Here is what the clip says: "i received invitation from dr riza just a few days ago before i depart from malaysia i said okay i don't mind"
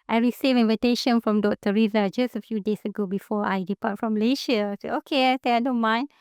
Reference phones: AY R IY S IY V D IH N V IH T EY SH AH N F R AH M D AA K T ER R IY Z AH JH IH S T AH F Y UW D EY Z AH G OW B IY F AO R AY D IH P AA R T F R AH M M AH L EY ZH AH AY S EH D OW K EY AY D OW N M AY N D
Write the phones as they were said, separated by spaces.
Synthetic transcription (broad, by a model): AY R IY S IY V IH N V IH T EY SH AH N F R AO M D AA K T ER R IY Z AH JH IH S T AH F Y UW D EY S AH G OW B IY F AO AY D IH P AA T F R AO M M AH L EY SH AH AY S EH OW K EY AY D OW N M AY N